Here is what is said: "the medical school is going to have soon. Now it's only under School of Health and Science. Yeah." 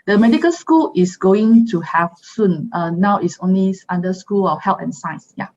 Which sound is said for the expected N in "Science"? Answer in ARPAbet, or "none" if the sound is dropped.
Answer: none